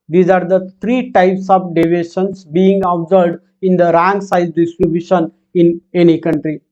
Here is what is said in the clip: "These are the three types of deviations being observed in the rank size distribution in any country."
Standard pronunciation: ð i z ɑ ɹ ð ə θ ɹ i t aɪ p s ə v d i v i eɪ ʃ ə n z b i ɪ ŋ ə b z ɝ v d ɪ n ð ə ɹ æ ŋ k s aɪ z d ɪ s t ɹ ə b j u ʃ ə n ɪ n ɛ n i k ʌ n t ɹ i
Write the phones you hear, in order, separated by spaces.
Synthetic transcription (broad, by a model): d i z ɑ ɹ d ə t ɹ i t aɪ p s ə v d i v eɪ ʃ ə n s b i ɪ ŋ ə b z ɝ d ɪ n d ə ɹ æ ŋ s aɪ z d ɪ s t ɹ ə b j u ʃ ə n ɪ n ɛ n i k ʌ n t ɹ i